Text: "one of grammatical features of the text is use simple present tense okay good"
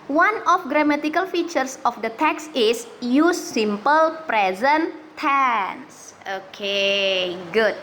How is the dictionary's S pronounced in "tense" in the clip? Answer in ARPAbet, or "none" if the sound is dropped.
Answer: S